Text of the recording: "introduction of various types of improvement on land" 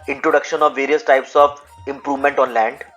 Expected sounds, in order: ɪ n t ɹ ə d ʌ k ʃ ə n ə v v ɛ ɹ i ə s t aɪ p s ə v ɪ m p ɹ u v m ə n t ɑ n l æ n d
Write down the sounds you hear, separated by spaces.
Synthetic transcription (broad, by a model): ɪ n t ɹ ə d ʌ k ʃ ə n ə v v ɛ ɹ i ə s t aɪ p s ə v ɪ m p ɹ u v m ə n t ɑ n l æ n d